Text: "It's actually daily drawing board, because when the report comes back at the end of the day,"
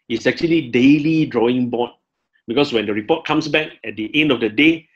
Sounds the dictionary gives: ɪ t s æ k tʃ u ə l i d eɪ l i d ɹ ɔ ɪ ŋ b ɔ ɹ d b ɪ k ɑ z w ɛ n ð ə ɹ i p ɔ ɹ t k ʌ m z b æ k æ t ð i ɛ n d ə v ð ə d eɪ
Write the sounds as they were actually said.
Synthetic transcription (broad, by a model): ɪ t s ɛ k tʃ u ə l i d eɪ l i d ɹ ɔ ɪ ŋ b ɔ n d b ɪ k ɑ s w ɛ n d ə ɹ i p ɔ t k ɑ m s b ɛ k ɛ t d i ɛ n d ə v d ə d eɪ